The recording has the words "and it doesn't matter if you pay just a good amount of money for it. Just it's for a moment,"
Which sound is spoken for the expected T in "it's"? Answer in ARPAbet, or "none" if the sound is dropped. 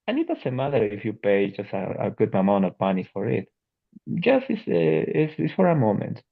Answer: S